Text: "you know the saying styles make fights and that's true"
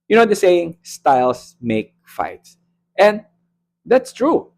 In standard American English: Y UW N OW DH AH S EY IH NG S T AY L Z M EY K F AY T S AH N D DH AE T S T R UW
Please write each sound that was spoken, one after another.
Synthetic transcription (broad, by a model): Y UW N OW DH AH S EY IH NG S T AY L S M EY K F AY T S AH N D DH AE T S T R UW